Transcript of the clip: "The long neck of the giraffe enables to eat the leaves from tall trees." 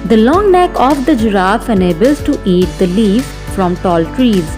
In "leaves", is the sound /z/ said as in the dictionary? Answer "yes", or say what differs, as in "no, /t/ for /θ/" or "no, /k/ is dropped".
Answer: no, /z/ is dropped